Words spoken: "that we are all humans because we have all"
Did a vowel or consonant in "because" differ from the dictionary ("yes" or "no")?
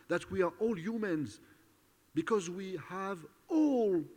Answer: no